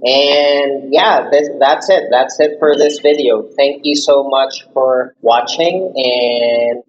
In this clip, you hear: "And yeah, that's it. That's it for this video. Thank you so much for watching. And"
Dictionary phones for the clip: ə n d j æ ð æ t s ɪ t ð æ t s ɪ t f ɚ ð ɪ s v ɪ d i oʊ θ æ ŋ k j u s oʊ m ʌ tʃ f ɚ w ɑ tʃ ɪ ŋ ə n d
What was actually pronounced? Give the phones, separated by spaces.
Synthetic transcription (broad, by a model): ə n j æ ð æ t s ɪ t ð æ t s ɪ t f ɚ ð ɪ s v ɪ d i oʊ θ æ ŋ k j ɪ s oʊ m ʌ tʃ f ɚ w ɑ tʃ ɪ ŋ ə n